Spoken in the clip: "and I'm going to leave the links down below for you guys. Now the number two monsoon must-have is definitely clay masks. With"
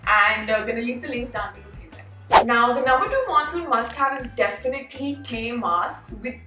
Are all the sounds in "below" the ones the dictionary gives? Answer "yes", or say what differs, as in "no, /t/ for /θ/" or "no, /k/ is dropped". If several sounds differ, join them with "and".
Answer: no, /l/ is dropped